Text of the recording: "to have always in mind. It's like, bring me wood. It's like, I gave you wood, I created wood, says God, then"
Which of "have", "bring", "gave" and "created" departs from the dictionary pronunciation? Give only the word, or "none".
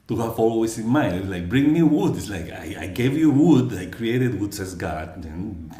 have